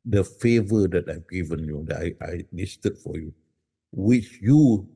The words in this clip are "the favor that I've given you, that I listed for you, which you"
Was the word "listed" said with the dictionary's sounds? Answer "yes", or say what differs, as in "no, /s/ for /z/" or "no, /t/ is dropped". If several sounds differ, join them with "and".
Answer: no, /n/ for /l/